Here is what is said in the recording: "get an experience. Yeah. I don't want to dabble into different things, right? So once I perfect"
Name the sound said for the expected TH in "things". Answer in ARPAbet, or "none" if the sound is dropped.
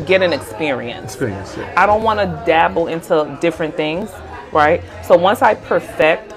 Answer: TH